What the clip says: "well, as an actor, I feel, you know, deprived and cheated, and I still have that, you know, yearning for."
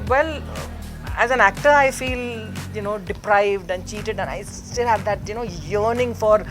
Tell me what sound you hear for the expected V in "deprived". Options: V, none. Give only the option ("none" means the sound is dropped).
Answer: V